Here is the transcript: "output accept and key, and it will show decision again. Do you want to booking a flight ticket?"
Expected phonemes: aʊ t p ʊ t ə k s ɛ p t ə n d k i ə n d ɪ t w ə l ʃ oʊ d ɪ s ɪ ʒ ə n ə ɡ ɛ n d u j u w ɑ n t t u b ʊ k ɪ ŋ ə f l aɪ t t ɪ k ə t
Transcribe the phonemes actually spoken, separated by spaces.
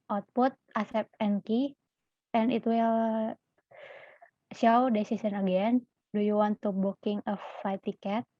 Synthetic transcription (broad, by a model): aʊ t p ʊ t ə s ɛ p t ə n k i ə n ɪ t w ə l ʃ oʊ d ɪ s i s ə n ə ɡ ɛ n d u j u w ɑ n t t u b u k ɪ ŋ ə f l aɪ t t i k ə t